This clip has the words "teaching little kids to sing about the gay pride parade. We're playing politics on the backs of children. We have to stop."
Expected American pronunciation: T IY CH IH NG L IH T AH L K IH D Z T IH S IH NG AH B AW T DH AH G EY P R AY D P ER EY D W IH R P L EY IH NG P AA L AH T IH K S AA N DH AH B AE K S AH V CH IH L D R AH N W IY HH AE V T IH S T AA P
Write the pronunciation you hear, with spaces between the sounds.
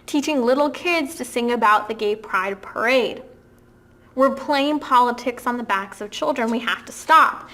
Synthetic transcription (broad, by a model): T IY CH IH NG L IH T L K IH D Z T IH S IH NG AH B AW T DH AH G EY P R AY D P ER EY D W IH R P L EY IH NG P AA L AH T IH K S N DH AH B AE K S AH V CH IH L D R AH N W IY HH AE F T IH S T AA P